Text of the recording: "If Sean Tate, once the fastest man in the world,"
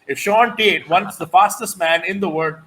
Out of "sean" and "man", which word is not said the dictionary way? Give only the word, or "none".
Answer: none